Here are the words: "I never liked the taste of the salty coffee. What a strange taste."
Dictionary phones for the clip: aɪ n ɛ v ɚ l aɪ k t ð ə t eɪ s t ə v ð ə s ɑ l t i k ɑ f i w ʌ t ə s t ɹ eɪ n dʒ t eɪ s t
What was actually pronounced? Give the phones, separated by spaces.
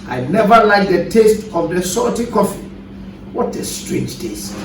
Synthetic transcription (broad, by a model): aɪ n ɛ v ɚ l aɪ k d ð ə t eɪ s t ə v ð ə s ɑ t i k ɑ f i w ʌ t ə s t ɹ eɪ n dʒ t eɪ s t